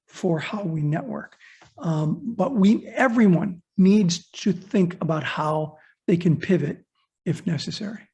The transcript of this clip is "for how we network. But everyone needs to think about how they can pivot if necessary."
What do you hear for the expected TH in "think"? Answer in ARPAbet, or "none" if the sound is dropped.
TH